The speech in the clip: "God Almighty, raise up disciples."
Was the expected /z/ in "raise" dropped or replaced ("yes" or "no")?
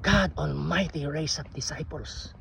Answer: yes